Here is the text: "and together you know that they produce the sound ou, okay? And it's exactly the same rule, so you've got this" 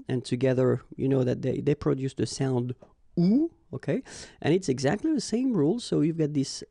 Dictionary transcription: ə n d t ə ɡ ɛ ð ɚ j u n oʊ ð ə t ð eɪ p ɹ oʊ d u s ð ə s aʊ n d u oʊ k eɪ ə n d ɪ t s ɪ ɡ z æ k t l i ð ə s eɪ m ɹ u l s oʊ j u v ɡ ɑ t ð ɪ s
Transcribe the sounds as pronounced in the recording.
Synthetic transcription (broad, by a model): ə n t ə ɡ ɛ ð ɚ j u n oʊ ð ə t ð eɪ p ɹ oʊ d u s ð ə s aʊ n d u oʊ k eɪ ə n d ɪ t s ɪ ɡ z æ k t l i ð ə s eɪ m ɹ u l s oʊ j u v ɡ ɑ t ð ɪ s